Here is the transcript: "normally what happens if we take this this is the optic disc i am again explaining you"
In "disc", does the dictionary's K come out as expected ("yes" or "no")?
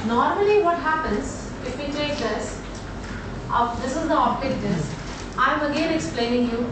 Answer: no